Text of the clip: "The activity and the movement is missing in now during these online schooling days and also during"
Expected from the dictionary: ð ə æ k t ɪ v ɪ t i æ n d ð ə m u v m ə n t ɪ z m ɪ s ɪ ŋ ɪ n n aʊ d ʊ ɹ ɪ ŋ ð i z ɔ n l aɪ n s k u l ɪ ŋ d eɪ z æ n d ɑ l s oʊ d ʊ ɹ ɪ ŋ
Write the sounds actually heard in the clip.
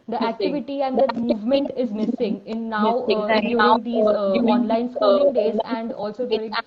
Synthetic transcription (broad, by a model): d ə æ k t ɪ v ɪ t i æ n d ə m u v m ə n t ɪ z m ɪ s ɪ ŋ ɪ n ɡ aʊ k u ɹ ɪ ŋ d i ɔ n l aɪ n s k u l ɪ ŋ d eɪ z æ n d ɑ l s oʊ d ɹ